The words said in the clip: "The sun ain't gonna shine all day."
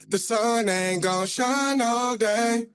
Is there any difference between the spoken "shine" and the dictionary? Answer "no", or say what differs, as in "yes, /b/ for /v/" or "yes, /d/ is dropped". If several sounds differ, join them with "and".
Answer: no